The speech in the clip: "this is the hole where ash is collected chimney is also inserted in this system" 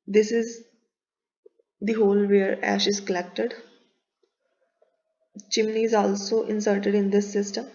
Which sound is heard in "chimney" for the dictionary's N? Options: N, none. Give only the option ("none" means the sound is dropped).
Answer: N